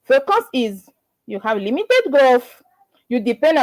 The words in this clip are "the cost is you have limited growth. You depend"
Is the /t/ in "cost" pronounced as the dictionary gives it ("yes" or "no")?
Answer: no